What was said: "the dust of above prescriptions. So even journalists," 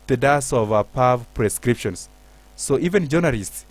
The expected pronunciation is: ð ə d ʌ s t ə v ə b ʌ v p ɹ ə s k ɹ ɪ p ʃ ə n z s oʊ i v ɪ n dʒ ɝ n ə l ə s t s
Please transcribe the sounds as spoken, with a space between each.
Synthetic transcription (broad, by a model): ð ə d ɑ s ə v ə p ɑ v p ɹ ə s k ɹ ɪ p ʃ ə n s oʊ i v ɪ n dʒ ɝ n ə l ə s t s